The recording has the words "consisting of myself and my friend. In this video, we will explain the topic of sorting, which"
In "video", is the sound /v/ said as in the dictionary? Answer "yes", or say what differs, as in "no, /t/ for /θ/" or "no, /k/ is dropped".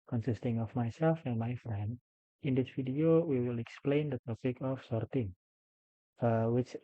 no, /f/ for /v/